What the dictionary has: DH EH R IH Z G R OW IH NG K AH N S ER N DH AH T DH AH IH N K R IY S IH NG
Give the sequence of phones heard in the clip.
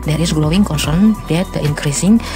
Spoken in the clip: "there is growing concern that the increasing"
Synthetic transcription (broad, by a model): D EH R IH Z G L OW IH NG K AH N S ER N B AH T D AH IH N K R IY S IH NG